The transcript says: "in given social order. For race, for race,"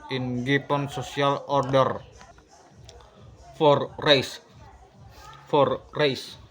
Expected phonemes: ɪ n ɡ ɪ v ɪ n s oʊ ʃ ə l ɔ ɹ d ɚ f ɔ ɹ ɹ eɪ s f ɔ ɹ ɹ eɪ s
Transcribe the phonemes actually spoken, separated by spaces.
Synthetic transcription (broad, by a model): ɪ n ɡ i p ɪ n s oʊ s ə l ɔ ɹ d ɚ f ɔ ɹ ɹ eɪ s f ɔ ɹ ɹ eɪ s